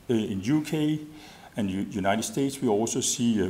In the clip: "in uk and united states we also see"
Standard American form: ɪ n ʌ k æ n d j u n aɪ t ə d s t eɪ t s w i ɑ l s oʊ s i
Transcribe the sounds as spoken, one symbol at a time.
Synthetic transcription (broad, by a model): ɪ n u k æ n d j u n aɪ t ə d s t eɪ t s w i ɑ l s oʊ s i